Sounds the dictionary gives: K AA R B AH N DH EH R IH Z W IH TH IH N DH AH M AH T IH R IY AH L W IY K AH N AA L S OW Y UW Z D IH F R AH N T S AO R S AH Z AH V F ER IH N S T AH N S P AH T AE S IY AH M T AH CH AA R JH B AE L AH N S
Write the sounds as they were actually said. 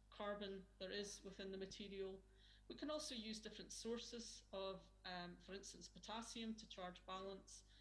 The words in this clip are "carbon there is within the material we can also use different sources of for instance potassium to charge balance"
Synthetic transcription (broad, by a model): K AA R B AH N DH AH R IH Z W IH TH IH N DH AH M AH T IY R IY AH L W IY K AH N AA L S OW Y UW Z D IH F R AH N T S AO R S AH Z AH V F ER IH N S T AH N S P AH T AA S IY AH M T AH CH AA R JH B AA L AH N S